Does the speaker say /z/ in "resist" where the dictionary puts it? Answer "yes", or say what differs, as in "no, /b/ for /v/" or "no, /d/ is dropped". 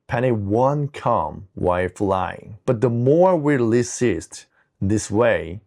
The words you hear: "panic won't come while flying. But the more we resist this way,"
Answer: no, /s/ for /z/